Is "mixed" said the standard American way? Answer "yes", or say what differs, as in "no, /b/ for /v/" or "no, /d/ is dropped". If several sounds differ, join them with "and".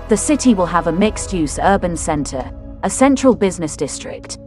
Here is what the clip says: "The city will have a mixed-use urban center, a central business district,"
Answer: yes